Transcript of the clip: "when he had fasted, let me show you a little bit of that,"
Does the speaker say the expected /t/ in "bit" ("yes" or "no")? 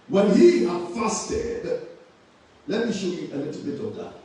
yes